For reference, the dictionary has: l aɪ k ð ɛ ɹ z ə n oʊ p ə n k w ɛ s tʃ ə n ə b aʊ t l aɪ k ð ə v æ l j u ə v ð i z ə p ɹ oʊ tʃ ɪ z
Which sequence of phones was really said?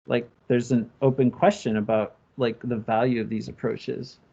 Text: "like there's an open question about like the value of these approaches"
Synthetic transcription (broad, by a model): l aɪ k ð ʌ ɹ z ə n oʊ p ə n k w ɛ s tʃ ə n ə b aʊ t l aɪ k ð ə v æ l j u ə v ð i z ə p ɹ oʊ tʃ ɪ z